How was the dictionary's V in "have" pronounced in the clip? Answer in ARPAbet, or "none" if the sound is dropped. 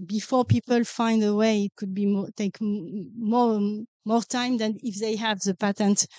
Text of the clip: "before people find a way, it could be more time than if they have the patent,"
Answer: V